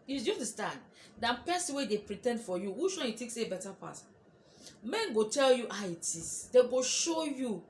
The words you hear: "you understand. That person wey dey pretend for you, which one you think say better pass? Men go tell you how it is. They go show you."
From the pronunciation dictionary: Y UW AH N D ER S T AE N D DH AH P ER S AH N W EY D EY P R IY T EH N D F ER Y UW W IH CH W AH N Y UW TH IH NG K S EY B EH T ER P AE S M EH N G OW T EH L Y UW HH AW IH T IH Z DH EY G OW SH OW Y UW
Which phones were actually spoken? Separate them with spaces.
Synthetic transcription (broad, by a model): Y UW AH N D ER S T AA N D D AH P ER S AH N W EY D EY P R IY T EH N D F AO Y UW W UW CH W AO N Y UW T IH K S EY B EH T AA P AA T M EH N G OW T EH L Y UW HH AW IH T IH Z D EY G OW SH OW Y UW